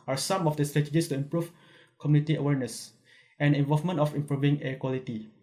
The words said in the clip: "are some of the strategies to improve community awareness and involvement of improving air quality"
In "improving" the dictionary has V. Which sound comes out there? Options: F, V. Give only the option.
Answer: V